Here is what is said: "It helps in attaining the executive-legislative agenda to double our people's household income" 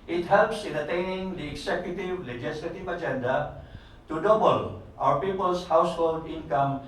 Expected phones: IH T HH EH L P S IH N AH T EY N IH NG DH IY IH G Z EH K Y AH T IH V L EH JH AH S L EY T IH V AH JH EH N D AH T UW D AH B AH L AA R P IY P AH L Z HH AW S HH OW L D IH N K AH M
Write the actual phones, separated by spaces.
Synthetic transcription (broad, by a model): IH T HH EH L P S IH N AH T EY N IH NG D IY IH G S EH K Y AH T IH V L EH JH AH S L EY T IH V AH JH EH N D AH T UW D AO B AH L AA R P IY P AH L S HH AW S HH OW L D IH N K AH M